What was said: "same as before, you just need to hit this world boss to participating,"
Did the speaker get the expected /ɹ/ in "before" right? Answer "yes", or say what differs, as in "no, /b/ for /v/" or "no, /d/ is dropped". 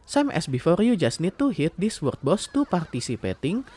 yes